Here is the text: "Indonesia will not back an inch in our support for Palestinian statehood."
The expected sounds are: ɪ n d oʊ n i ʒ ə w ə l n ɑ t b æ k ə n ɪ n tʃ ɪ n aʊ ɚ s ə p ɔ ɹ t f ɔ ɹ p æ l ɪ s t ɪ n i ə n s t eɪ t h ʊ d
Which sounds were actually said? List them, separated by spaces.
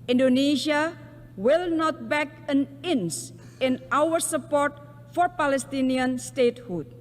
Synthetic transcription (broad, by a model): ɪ n d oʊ n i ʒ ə w ə l n ɑ t b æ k ə n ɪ n s ɪ n aʊ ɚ s ə p ɔ ɹ t f ɔ ɹ p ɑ l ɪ s t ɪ n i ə n s t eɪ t h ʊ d